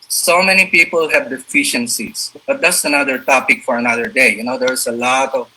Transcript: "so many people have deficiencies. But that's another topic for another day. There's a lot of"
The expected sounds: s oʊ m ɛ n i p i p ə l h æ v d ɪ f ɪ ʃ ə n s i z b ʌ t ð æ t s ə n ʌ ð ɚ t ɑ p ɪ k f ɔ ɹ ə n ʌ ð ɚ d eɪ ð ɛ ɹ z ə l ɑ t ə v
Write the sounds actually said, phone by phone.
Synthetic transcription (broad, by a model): s oʊ m ɛ n i p i p ə l h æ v d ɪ f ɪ ʃ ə n s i s b ʌ t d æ t s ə n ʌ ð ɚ t ɑ p ɪ k f ɔ ɹ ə n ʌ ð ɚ d eɪ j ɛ ɹ s ə l ɑ t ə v